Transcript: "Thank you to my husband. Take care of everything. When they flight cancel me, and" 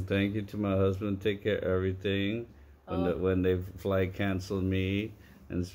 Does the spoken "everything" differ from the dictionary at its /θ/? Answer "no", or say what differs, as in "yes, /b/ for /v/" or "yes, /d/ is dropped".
no